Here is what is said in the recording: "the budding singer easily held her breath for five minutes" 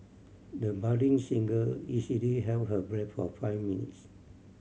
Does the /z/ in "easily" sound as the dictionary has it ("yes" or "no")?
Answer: no